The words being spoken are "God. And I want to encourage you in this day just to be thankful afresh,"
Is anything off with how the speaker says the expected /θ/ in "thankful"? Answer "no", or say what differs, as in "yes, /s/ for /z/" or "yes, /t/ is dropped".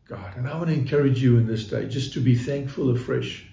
no